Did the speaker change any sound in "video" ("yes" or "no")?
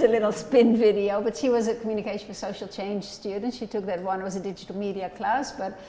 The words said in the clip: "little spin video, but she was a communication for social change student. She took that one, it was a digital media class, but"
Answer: no